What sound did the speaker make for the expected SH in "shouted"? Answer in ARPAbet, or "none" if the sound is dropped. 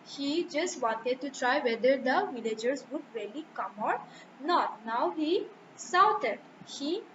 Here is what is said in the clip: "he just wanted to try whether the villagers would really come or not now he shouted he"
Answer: S